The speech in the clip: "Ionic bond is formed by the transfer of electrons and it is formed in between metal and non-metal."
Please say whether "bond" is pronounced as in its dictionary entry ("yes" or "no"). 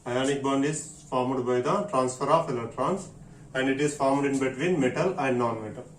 yes